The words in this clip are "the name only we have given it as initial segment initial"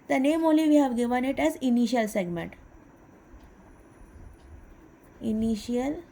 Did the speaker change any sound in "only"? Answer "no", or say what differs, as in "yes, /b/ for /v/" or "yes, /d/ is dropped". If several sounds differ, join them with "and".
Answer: yes, /n/ is dropped